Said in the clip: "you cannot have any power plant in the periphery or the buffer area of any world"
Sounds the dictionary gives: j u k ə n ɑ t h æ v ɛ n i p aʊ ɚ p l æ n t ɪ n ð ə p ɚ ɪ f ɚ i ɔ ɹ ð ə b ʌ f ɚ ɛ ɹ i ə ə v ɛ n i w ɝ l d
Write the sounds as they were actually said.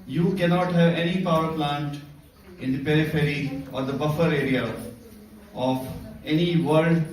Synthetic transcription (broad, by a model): j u k ə n ɑ t h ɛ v ɛ n i p aʊ ɚ p l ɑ n t ɪ n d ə p ɚ ɪ f ɚ i ɔ ɹ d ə b ʌ f ɚ ɛ ɹ i ə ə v ɛ n i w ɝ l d